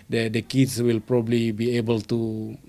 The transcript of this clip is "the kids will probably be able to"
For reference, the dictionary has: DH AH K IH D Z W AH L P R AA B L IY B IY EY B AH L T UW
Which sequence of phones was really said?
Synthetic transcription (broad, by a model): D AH K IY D S W AH L P R AA B L IY B IY EY B AH L T UW